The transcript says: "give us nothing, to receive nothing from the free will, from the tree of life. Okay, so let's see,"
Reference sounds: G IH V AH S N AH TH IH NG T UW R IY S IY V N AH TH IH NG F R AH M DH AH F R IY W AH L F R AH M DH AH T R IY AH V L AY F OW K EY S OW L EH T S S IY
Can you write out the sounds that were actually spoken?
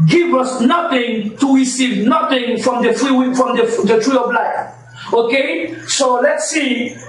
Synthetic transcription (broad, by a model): G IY V AH S N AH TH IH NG T UW R IY S IY V N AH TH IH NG F R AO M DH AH F R IY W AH F R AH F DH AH T R IY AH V L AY OW K EY S OW L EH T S S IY